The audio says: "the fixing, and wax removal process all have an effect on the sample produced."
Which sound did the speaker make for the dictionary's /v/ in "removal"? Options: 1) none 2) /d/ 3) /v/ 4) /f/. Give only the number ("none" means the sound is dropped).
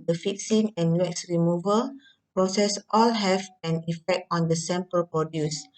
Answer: 3